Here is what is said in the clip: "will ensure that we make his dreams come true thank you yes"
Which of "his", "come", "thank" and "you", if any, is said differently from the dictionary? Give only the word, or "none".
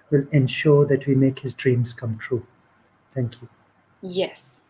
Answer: thank